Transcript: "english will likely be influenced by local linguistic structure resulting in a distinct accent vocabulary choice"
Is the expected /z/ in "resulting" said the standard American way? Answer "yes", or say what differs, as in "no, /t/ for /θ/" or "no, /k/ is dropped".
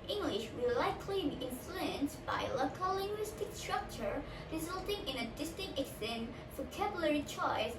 yes